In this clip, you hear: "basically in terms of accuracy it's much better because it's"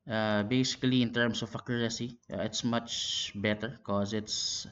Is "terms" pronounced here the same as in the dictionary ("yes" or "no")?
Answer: no